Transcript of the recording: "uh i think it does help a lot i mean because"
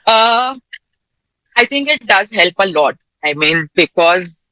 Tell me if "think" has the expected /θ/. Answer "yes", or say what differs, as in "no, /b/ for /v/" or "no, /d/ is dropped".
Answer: no, /t/ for /θ/